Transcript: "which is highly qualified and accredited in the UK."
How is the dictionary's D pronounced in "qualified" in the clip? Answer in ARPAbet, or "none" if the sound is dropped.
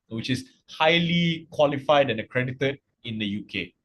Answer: D